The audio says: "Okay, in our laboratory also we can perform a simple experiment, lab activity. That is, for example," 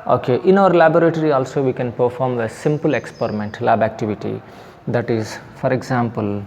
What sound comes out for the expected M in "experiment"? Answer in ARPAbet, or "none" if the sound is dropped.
M